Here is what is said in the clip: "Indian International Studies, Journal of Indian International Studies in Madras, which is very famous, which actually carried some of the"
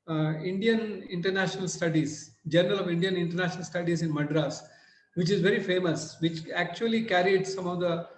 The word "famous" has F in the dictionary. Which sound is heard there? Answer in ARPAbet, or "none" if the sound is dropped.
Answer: F